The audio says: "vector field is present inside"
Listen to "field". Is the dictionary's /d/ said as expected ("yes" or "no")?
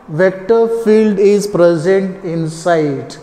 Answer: yes